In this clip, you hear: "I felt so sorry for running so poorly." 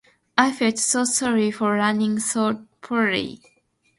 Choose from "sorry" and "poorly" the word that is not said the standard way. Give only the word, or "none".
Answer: poorly